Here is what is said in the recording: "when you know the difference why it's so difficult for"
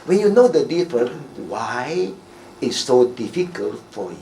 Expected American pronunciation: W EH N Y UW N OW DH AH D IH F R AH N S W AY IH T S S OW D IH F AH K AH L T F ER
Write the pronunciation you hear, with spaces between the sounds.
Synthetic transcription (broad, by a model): W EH N Y UW N OW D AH D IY F R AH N W AY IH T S S OW D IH F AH K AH L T F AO